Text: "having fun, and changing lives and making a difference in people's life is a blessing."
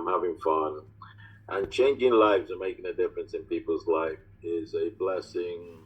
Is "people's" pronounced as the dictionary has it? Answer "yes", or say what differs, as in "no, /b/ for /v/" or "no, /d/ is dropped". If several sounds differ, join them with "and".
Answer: yes